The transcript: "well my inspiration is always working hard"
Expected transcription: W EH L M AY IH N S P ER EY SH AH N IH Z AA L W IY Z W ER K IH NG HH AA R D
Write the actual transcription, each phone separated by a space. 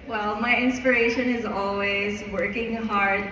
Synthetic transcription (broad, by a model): W EH L M AY IH N S P ER EY SH AH N IH Z AA L W IY Z W ER K IH NG HH AA R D